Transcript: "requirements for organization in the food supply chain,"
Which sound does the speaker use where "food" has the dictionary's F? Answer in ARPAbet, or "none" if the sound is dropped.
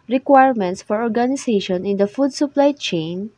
F